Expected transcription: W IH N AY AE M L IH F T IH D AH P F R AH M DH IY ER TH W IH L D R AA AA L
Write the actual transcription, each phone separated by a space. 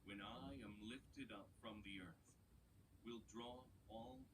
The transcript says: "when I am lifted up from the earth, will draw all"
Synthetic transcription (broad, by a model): W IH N AY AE M L IH F T IH D AH P F R AH M DH IY ER TH W IH L D R AA AA L